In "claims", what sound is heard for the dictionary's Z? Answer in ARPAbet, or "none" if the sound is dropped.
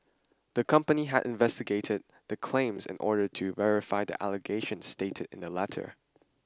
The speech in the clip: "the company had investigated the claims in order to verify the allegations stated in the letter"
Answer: Z